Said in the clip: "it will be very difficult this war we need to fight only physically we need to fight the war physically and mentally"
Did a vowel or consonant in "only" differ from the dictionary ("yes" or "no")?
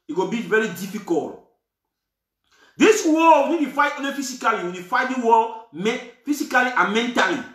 yes